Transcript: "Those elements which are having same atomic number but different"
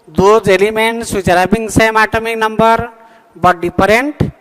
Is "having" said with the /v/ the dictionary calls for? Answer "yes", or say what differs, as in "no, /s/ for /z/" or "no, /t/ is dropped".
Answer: no, /b/ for /v/